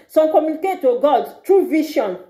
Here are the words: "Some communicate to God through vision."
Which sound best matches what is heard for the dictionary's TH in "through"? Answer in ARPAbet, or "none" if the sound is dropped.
T